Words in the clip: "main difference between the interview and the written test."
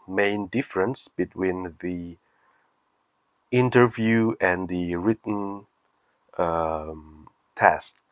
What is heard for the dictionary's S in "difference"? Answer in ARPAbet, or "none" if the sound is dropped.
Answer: S